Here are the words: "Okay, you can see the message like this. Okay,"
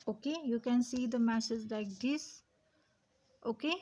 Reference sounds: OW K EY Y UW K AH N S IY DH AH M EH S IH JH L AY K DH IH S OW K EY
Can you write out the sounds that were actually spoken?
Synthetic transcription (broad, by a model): OW K EY Y UW K AH N S IY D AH M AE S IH Z L AY K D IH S OW K EY